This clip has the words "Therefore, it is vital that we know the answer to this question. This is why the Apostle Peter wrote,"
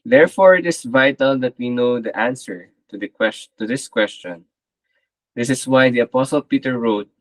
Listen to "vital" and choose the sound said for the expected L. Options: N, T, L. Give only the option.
L